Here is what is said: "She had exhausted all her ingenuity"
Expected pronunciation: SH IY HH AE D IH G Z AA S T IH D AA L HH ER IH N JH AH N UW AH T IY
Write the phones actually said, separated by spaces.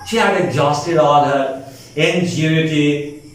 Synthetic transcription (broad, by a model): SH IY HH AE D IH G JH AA S T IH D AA N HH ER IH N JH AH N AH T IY